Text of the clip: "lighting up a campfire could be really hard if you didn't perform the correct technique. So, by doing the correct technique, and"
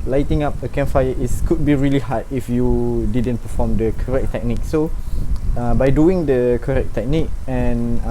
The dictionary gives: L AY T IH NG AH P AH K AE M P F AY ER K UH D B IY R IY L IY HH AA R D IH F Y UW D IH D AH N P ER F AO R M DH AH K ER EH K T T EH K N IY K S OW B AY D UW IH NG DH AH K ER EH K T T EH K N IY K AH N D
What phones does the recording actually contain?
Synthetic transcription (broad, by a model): L AY T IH NG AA P AH K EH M F AY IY K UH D B IY R IY L IY HH AA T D IH F Y UW D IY D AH N P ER F AO M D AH K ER EH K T T EH K N IY K S OW B AY D UW IH NG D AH K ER EH K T T EH K N IY K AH N